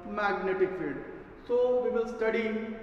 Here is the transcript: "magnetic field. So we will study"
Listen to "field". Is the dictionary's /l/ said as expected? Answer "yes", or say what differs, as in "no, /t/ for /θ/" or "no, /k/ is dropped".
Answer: no, /l/ is dropped